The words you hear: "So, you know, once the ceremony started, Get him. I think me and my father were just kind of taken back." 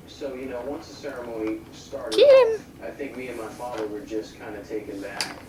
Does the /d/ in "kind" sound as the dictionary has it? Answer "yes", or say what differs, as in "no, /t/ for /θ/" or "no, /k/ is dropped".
yes